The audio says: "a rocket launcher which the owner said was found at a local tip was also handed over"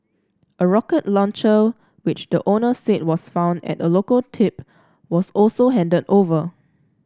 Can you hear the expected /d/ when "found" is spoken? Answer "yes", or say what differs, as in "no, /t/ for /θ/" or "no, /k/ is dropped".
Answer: yes